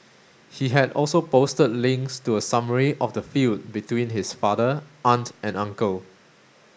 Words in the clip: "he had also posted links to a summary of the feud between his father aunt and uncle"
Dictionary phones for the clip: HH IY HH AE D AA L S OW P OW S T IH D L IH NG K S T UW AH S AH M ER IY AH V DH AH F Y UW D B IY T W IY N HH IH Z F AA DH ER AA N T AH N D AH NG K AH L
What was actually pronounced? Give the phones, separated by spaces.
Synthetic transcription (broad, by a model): HH IY HH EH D AA L S OW P OW S T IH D L IH NG K S T UW AH S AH M ER IY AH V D AH F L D B IY T W IY N HH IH S F AA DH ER AA N T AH N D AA NG K AH L